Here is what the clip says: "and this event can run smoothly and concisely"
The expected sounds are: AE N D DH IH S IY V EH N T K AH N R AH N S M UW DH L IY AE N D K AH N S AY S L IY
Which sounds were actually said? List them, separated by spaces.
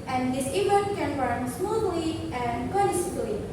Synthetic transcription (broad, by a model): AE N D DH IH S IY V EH T K AH N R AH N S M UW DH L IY AE N D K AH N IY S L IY